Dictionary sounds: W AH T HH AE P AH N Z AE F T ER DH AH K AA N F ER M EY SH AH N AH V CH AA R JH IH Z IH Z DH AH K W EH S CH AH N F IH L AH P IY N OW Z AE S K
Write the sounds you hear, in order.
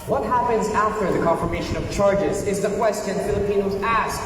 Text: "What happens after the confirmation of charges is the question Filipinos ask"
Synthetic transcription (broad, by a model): W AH T HH AE P AH N Z AE F T ER DH AH K AA N F ER M EY SH AH N AH V CH AA R JH IH Z IH Z DH AH K W EH S CH AH N F IH L AH P IY N OW Z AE S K